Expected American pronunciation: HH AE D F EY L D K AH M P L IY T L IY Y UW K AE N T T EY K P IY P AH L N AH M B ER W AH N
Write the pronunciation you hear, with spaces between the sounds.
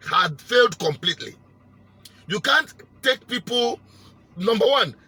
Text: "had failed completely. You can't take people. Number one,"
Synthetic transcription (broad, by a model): HH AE D F EY L D K AH M P L IY T L IY Y UW K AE N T T EY K P IY P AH L N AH M B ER W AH N